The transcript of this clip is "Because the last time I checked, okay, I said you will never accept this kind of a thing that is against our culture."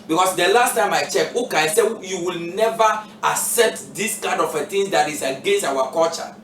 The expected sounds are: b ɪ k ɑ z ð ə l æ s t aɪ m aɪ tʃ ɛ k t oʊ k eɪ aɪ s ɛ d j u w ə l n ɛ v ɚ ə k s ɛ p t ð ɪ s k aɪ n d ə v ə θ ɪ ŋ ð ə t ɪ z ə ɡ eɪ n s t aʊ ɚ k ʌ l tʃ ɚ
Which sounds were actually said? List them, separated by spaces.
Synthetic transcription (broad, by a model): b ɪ k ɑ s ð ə l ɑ s t aɪ m aɪ tʃ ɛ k oʊ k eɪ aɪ s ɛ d j u w ə l n ɛ v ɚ ə k s ɛ p t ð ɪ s k aɪ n d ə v ə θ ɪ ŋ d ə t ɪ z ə ɡ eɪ n s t aʊ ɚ k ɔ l tʃ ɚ